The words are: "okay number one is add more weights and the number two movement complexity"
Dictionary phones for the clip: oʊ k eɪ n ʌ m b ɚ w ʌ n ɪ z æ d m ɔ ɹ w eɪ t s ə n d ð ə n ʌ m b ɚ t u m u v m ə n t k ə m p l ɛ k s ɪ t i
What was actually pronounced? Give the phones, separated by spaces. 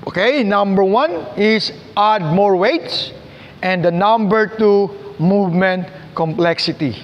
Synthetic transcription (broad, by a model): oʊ k eɪ n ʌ m b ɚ w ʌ n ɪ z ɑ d m ɔ ɹ w eɪ t s ə n d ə n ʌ m b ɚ t u m u v m ə n t k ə m p l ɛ k s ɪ t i